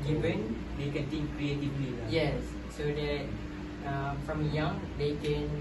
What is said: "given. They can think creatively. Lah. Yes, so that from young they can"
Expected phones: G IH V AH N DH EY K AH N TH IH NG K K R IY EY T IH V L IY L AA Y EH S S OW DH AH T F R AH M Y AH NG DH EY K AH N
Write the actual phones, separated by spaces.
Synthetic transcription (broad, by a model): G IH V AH N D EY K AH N T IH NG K K R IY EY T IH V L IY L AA Y EH S S OW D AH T F R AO M Y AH NG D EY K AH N